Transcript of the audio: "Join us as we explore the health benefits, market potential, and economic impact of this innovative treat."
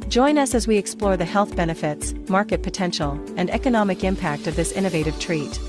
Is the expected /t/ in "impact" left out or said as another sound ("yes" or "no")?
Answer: no